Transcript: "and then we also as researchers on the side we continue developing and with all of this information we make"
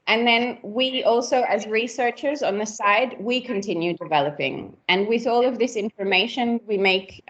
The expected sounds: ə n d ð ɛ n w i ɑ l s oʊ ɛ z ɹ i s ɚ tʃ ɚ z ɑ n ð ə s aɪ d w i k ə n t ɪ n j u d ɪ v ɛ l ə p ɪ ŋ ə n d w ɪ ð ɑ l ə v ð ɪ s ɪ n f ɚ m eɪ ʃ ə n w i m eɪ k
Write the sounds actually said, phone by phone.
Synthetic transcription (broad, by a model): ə n ð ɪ n w i ɑ l s oʊ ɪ z ɹ i s ɚ tʃ ɚ z n ð ə s aɪ d w i k ə n t ɪ n j u d ɪ v ɛ l ə p ɪ ŋ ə n w ɪ ð ɑ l ə v ð ɪ s ɪ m f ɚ m eɪ ʃ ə n w i m eɪ k